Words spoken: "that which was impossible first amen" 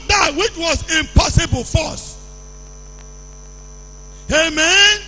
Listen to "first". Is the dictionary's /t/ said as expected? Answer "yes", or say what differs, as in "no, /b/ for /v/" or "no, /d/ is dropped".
no, /t/ is dropped